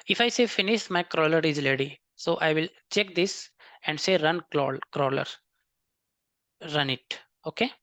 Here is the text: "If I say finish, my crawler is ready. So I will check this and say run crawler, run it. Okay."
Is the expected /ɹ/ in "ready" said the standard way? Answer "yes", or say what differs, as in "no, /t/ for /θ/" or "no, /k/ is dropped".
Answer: no, /l/ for /ɹ/